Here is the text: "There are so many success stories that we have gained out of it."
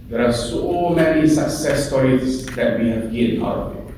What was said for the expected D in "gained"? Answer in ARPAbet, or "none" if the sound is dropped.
none